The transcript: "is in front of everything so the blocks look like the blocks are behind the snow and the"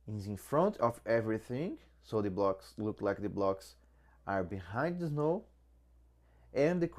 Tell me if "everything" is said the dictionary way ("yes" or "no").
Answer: yes